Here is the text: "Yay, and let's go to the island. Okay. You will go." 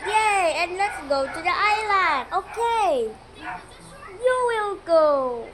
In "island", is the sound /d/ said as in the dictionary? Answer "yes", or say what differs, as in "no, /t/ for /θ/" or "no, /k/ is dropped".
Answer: no, /d/ is dropped